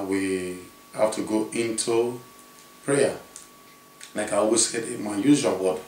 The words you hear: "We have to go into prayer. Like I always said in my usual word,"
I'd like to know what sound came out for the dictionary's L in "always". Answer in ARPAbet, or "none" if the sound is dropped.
none